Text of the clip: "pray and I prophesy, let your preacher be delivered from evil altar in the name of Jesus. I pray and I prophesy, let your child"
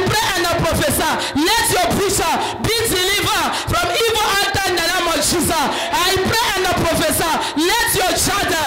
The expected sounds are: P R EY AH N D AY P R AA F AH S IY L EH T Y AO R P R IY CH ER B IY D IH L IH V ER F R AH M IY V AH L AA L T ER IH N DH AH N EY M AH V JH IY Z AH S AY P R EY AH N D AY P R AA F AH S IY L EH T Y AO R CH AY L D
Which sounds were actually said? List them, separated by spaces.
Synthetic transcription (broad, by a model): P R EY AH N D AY P R AA F AH S IY L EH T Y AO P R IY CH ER B IY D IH L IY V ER F R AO M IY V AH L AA T IH N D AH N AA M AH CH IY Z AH AY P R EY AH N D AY P R AA F AH S IY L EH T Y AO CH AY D